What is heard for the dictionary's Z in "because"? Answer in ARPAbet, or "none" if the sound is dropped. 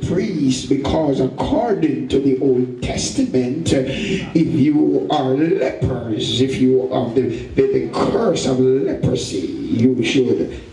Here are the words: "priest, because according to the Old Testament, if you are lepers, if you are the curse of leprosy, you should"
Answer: Z